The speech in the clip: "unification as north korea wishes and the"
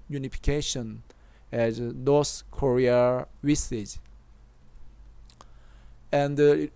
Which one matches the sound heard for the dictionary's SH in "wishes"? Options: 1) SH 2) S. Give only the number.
2